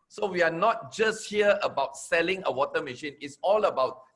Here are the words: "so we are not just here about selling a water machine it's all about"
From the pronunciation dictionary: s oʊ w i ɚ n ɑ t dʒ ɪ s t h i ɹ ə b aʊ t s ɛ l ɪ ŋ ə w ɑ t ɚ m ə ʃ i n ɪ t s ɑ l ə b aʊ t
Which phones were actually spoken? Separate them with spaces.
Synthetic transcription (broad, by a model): s oʊ w i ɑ n ɑ t dʒ ɪ s t h i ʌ ə b aʊ t s ɛ l ɪ ŋ ə w ɑ t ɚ m ə ʃ i n ɪ t s ɑ l ə b aʊ t